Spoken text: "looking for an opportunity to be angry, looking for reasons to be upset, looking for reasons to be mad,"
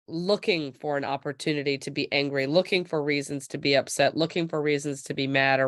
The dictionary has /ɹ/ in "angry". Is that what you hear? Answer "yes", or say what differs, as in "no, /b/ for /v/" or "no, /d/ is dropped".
yes